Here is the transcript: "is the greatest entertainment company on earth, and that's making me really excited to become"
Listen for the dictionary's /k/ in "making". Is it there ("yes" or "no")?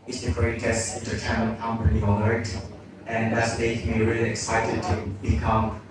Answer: no